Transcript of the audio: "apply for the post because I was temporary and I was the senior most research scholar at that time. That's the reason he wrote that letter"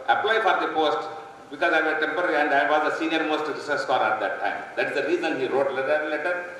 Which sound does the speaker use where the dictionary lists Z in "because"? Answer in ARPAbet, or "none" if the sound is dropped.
Z